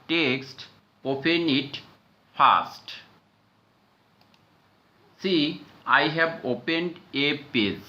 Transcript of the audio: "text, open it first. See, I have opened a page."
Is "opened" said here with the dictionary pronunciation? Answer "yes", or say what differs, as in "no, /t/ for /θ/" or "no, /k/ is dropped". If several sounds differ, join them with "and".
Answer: yes